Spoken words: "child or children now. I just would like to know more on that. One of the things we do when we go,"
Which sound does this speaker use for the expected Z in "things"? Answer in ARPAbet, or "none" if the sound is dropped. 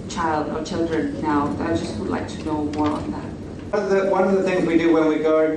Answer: Z